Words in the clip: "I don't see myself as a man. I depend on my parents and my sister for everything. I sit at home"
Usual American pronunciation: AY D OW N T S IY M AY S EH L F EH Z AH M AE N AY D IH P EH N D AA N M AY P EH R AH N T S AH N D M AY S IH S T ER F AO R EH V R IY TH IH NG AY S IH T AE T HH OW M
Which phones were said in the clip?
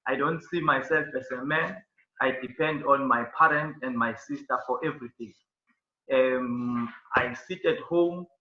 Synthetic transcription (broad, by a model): AY D OW N T S IY M AY S EH L F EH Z AH M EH N AY D IH P EH N D AA N M AY P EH R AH N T AH N D M AY S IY S T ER F AO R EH V R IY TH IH NG AY S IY T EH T HH OW M